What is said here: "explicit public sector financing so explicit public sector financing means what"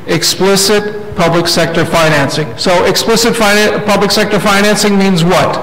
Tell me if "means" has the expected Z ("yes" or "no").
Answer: yes